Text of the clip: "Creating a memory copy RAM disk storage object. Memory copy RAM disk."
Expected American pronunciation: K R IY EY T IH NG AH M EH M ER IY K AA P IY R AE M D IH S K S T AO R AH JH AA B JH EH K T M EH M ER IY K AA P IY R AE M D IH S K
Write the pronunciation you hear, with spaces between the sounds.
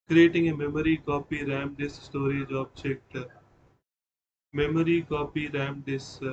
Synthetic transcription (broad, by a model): K R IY EY T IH NG AH M EH M ER IY K AA P IY R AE M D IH S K S T AO R AH JH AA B CH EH K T M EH M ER IY K AA P IY R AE M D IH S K